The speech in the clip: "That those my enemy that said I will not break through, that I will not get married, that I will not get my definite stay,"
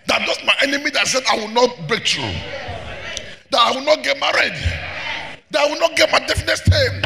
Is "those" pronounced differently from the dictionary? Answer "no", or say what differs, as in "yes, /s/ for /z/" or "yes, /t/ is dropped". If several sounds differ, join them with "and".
yes, /s/ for /z/